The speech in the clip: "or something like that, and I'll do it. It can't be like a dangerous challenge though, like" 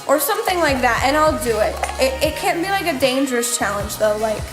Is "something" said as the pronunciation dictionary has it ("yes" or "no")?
yes